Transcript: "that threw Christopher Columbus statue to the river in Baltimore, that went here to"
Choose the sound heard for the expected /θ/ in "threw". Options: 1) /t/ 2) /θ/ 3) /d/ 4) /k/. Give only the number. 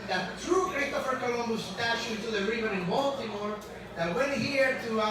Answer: 1